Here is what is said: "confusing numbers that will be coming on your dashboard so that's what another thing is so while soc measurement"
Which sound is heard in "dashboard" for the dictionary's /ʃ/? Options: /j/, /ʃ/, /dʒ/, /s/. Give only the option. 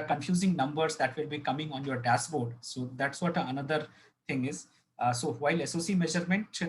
/s/